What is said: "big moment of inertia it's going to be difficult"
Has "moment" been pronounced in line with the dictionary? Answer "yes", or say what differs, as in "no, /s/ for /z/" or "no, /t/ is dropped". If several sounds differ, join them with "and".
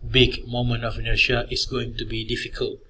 no, /t/ is dropped